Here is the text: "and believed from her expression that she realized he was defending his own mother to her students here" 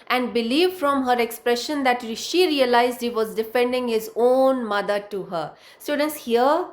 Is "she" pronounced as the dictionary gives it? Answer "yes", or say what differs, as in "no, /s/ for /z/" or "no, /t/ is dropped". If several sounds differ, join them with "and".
yes